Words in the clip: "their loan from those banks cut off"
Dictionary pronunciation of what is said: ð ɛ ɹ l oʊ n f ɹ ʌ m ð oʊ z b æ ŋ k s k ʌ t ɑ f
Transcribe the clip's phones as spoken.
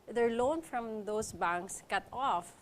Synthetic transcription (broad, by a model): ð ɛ ɹ l oʊ n f ɹ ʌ m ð oʊ s b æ ŋ k s k ʌ t ɑ f